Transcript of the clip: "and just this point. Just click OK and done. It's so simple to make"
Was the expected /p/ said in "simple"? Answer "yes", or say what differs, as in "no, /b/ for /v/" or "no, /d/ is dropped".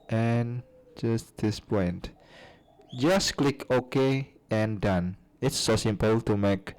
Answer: yes